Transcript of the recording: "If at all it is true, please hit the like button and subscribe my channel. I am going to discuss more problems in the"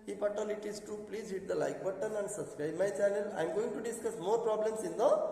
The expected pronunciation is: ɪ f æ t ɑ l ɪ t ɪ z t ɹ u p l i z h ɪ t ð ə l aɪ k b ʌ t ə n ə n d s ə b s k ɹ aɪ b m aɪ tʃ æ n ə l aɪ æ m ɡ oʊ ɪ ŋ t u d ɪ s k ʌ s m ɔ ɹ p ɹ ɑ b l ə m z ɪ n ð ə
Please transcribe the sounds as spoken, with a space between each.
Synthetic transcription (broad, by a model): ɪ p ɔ t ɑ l ɪ t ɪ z t u p l i z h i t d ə l aɪ k b ʌ t ə n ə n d s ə s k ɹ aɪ m aɪ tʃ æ n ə l aɪ m ɡ oʊ ɪ ŋ t u d ɪ s k ʌ s m ɔ ɹ p ɹ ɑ b l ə m s ɪ n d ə